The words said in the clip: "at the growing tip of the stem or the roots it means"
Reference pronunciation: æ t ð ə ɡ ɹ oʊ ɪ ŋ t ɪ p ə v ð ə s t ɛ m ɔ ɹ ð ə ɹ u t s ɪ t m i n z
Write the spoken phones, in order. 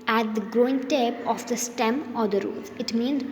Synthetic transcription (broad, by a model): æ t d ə ɡ ɹ oʊ ɪ ŋ t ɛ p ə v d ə s t ɛ m ɔ ɹ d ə ɹ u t ɪ t m i n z